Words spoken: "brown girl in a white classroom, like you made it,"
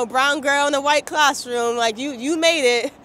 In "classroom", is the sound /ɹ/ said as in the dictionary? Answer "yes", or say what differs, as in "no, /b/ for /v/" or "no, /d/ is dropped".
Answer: yes